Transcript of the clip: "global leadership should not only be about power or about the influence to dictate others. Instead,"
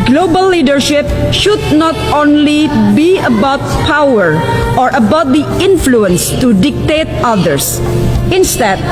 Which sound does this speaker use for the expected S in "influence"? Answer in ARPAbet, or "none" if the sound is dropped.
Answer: S